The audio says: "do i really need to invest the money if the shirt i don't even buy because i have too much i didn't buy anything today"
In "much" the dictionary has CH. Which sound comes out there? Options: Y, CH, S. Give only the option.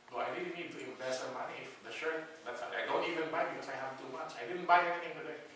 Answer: S